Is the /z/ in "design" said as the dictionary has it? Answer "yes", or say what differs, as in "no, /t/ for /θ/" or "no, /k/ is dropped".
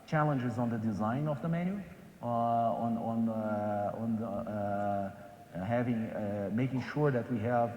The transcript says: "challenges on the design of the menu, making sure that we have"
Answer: yes